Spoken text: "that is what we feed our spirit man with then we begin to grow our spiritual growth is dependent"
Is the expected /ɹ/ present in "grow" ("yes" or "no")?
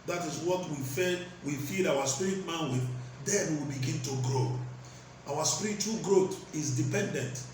yes